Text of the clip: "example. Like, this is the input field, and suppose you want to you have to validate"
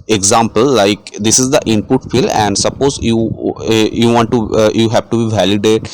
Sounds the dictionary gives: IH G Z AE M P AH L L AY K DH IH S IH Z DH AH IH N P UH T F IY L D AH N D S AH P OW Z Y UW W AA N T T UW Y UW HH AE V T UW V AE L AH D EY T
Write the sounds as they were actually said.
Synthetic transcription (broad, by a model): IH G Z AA M P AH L L AY K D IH S IH Z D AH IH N P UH T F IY L AH N D S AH P OW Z Y UW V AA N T T UW Y UW HH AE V T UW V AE L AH D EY T